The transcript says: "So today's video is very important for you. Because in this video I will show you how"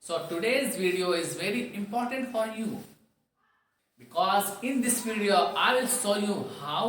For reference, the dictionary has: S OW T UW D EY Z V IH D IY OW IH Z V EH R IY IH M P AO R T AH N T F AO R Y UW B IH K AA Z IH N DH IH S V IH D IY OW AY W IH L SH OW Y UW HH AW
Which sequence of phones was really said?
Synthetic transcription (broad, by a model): S OW T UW D EY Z V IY D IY OW IH Z V EH R IY IH M P AO R T AH N T F AO R Y UW B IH K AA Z IH N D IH S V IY D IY OW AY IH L S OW Y UW HH AW